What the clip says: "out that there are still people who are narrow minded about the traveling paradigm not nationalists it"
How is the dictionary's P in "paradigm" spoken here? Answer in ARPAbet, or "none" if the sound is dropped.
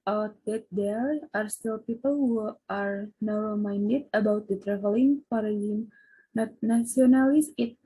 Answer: F